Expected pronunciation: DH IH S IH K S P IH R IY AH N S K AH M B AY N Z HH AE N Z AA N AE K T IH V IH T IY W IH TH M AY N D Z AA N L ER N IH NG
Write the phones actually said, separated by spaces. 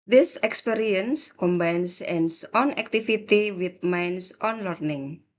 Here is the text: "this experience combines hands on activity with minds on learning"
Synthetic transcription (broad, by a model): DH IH S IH K S P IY R IY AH N S K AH M B AY N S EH N S AA N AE K T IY F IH T IY W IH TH M AY N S AA N L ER N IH NG